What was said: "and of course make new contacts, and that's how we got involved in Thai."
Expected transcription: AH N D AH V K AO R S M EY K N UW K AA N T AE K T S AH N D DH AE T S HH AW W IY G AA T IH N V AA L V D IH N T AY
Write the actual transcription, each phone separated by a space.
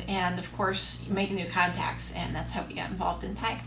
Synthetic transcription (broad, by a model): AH N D AH V K AO R S M EY K N UW K AA N T AE K T S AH N DH AE T S HH AW W IY G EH T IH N V AA L V D IH N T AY